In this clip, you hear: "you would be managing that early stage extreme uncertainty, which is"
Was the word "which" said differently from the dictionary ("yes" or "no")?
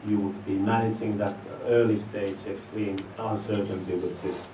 yes